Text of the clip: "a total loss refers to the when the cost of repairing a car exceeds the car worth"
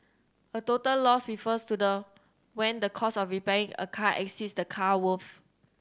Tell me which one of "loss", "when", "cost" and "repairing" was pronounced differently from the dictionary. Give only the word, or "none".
cost